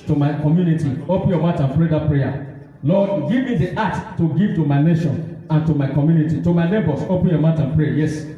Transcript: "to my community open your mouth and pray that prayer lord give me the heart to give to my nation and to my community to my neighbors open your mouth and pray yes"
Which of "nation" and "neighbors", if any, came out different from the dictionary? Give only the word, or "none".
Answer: neighbors